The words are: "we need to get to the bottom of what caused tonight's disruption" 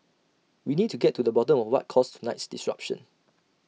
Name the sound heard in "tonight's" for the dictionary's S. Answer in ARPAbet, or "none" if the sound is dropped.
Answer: S